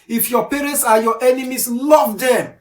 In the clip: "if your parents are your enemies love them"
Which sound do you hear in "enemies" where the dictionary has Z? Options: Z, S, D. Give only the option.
S